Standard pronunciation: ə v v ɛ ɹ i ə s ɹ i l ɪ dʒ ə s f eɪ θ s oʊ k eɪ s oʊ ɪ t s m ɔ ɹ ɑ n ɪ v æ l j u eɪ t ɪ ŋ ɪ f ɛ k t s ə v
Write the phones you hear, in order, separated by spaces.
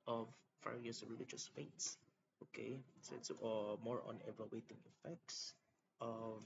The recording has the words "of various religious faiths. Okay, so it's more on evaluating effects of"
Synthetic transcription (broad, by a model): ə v f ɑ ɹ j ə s ɹ i l ɪ dʒ ə s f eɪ t s oʊ k eɪ s oʊ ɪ t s m ɔ ɹ ɑ n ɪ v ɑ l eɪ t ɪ ŋ ɪ f ɛ k t s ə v